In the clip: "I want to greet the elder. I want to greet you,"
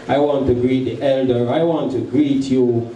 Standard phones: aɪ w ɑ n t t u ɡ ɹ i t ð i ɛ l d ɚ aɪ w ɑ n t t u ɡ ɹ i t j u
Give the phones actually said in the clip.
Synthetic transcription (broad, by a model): aɪ w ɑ n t t u ɡ ɹ i t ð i ɛ l d ɚ aɪ w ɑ n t t u ɡ ɹ i t j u